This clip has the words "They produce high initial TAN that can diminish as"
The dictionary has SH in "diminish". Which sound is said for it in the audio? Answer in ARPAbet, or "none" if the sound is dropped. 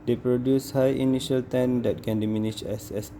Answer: S